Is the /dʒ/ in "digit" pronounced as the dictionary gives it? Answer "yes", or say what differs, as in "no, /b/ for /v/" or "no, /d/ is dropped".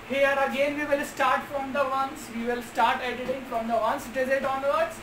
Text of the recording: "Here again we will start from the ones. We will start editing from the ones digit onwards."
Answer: no, /z/ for /dʒ/